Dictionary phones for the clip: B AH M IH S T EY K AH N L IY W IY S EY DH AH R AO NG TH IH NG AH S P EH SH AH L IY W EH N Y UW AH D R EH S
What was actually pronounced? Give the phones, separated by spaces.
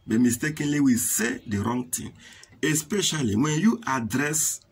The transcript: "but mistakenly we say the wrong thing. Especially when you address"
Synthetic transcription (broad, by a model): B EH M IH S T EY K AH N L IY W IY S EY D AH R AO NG T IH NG AH S P EH SH AH L IY W EH N Y UW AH D R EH S